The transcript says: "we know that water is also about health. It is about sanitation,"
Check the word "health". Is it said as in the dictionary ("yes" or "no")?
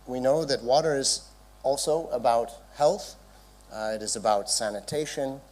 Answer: yes